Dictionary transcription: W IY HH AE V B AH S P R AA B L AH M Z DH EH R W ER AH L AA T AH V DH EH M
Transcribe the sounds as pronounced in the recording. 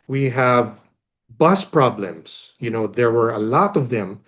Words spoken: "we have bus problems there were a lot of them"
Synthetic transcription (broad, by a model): W IY HH AE V B AH S P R AA B L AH M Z DH EH R W ER AH L AA T AH V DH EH M